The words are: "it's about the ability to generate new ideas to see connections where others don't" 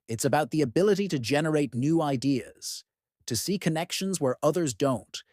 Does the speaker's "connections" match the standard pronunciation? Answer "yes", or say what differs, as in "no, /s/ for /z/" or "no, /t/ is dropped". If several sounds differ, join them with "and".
yes